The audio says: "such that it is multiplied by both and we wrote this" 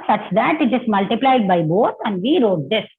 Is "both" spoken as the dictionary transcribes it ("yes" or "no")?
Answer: no